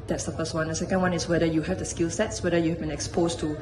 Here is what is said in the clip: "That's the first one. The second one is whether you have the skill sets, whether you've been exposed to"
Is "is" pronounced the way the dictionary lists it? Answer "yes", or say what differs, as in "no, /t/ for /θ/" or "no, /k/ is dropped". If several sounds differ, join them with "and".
no, /s/ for /z/